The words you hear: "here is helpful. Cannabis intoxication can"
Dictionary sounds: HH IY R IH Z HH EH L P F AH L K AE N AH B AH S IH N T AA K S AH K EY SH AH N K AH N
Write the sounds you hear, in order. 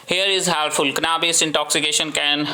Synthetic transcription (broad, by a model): HH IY R IH Z HH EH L F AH L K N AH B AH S IH N T AA K S AH K EY SH AH N K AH N